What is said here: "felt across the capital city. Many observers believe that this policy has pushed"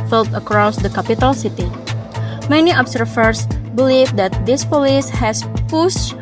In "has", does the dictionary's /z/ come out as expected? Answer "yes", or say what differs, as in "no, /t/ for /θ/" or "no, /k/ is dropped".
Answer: no, /s/ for /z/